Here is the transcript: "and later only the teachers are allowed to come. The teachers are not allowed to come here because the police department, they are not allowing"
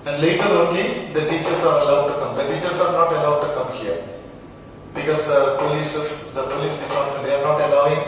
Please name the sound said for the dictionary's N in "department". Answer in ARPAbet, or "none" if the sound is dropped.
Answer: none